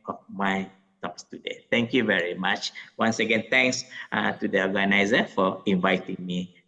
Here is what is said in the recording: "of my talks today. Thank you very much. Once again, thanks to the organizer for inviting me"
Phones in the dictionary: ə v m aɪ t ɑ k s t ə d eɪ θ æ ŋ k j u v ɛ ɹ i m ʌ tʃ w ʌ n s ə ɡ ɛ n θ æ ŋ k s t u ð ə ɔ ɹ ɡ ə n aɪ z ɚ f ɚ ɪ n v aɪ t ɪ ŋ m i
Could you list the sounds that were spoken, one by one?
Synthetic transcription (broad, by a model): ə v m aɪ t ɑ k s t ə d eɪ t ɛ ŋ k j u v ɛ ɹ i m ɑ tʃ w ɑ n s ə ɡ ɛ n t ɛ ŋ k s t u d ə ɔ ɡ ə n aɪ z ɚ f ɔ ɪ n v aɪ t ɪ ŋ m i